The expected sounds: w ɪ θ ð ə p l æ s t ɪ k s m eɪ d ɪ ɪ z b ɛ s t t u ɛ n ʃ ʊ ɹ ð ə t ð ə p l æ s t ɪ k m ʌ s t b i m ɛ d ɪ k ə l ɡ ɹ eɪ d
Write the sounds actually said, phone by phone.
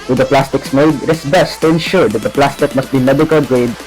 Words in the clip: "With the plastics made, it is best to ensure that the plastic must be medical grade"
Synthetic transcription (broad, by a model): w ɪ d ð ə p l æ s t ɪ k s m eɪ d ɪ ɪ s b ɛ s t t u ɛ n ʃ ʊ ɹ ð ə t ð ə p l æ s t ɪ k m ʌ s t b i m ɛ d ɪ k ə l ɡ ɹ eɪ d